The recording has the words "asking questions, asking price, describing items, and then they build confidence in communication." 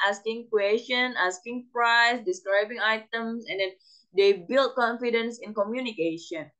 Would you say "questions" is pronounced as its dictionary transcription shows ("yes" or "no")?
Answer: no